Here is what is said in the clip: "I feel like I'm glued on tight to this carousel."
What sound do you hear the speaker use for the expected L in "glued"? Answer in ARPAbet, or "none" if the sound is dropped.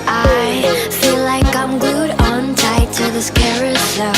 none